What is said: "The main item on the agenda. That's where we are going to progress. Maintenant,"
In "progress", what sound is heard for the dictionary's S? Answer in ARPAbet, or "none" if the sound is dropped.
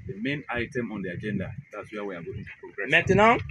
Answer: none